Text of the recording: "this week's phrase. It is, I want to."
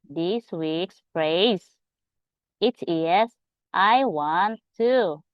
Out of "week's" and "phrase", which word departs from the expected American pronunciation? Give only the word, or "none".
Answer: phrase